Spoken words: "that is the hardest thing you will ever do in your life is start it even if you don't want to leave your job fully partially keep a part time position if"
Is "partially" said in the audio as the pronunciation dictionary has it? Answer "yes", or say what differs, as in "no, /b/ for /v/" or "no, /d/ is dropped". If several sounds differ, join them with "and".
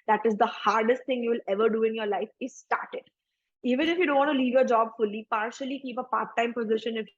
yes